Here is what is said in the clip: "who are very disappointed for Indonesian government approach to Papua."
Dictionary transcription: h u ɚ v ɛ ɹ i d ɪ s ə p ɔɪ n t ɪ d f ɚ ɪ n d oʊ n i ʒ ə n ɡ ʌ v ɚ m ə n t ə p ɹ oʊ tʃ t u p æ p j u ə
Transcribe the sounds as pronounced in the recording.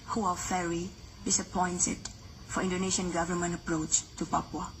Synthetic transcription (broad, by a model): h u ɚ f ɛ ɹ i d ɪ s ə p ɔɪ n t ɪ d f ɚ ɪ n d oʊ n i ʃ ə n ɡ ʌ v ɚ m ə n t ə p ɹ oʊ tʃ t u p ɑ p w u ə